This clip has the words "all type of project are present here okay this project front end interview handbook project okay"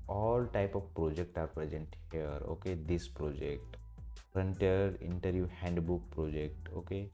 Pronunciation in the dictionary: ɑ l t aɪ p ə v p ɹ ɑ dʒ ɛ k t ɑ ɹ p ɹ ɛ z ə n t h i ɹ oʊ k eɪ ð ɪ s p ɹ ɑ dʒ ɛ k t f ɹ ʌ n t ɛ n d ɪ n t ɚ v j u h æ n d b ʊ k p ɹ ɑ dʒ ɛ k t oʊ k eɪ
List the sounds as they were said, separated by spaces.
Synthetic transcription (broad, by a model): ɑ l t aɪ p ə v p ɹ ɑ dʒ ɛ k t ɑ ɹ p ɹ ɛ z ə n t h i ɹ oʊ k eɪ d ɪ s p ɹ ɑ dʒ ɛ k t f ɹ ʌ n t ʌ d ɪ n t ɚ v j u h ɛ n d b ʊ k p ɹ ɑ dʒ ɛ k t oʊ k eɪ